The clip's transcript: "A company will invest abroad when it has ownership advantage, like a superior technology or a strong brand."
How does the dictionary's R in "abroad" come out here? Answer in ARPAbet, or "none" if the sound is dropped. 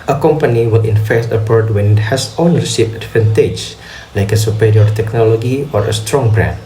none